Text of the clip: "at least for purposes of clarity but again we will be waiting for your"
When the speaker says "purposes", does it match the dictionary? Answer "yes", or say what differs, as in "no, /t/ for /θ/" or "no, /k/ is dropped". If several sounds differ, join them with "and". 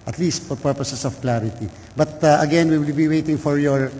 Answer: no, /s/ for /z/